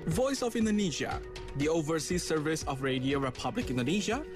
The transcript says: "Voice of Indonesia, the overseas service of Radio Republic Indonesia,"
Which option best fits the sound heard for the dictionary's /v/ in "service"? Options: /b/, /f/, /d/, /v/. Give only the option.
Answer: /v/